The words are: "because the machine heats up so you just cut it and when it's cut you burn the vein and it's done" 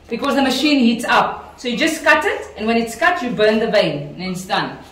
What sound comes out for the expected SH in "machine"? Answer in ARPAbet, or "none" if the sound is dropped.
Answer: SH